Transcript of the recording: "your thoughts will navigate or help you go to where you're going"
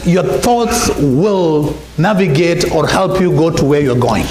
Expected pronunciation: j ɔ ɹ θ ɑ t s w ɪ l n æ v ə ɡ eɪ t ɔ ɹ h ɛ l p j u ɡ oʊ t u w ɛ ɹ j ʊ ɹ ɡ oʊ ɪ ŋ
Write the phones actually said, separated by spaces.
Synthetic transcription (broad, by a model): j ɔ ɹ θ ɑ t s w ɪ l n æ v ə ɡ eɪ t ɔ ɹ h ɛ l p j u ɡ oʊ t u w ɛ ɹ j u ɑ ɡ oʊ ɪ ŋ